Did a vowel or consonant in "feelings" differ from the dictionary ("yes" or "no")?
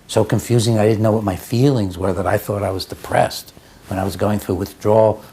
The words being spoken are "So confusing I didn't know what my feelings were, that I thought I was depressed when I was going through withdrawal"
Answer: no